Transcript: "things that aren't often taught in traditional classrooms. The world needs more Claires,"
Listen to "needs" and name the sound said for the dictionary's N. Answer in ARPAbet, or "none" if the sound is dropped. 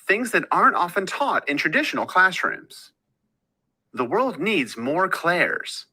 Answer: N